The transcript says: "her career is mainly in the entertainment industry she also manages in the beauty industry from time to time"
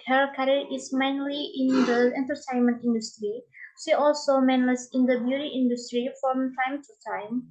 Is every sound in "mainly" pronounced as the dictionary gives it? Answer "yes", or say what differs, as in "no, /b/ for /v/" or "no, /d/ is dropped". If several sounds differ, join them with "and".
yes